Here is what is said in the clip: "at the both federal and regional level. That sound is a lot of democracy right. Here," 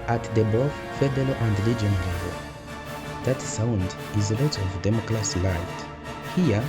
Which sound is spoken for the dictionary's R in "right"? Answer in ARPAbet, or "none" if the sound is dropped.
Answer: L